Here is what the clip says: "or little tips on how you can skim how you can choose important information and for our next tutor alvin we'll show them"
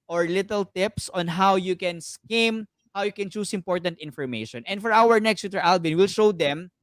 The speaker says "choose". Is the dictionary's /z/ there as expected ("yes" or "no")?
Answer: no